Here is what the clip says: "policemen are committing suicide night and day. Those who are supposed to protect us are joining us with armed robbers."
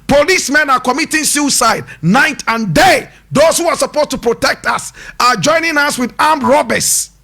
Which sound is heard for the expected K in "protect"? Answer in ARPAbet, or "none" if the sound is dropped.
K